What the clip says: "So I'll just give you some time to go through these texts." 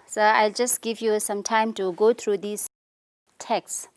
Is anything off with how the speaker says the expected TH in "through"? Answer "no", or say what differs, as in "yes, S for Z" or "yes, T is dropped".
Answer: yes, T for TH